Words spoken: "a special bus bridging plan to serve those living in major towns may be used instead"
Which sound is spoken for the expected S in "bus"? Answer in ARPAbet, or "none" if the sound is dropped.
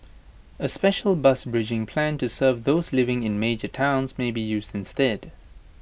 S